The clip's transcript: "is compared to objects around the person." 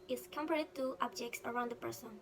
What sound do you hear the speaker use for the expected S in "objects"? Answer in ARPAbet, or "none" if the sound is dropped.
S